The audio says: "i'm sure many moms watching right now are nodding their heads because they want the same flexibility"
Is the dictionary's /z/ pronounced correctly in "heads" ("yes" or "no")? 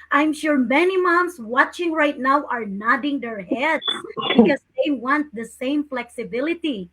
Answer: no